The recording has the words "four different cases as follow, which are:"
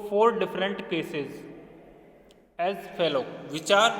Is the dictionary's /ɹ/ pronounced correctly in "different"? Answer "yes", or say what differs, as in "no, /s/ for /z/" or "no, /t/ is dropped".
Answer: yes